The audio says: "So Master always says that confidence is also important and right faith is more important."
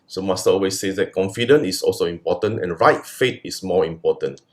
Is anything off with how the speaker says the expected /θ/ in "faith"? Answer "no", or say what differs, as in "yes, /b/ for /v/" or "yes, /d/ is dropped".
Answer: yes, /t/ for /θ/